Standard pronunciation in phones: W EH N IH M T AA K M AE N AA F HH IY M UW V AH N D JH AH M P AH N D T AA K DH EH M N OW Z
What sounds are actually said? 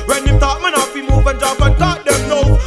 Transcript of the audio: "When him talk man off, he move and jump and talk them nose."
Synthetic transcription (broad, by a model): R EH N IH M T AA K M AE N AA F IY M UW V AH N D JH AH P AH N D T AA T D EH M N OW